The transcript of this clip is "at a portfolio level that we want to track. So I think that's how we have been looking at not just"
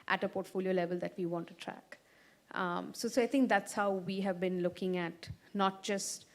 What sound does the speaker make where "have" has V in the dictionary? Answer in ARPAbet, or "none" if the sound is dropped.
V